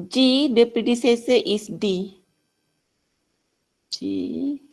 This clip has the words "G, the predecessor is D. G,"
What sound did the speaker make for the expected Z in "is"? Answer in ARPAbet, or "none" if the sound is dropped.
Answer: S